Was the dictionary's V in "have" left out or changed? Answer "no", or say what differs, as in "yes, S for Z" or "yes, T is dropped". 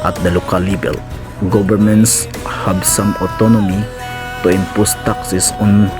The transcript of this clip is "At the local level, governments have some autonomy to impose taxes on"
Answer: yes, B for V